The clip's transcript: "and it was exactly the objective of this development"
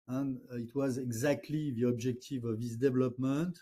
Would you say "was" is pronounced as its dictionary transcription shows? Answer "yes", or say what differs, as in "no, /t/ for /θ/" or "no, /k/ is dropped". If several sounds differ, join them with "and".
yes